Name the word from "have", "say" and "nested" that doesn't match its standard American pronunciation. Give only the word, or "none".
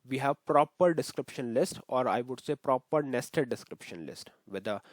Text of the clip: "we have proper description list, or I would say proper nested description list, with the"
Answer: none